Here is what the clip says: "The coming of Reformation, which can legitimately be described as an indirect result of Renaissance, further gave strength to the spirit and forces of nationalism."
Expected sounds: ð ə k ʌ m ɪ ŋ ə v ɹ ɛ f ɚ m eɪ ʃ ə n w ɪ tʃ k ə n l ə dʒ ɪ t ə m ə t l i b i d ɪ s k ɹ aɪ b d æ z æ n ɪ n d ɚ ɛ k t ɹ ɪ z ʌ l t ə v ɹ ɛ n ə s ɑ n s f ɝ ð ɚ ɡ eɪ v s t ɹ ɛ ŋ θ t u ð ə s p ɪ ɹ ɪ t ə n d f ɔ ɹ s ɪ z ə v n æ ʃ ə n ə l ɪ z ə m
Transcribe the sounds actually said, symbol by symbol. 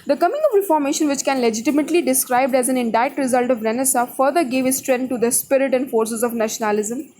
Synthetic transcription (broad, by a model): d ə k ʌ m ɪ ŋ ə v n f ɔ m eɪ ʃ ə n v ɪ tʃ k ə n l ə dʒ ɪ t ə m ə t l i i d ɪ s k ɹ aɪ b d æ z æ n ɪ n d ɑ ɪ t ɹ ɪ z ʌ l t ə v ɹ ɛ n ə s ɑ f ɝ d ɚ ɡ eɪ v s t ɹ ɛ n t t u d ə s p ɪ ɹ ɪ t ə n d f ɔ ɹ s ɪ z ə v n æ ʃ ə n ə l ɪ z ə m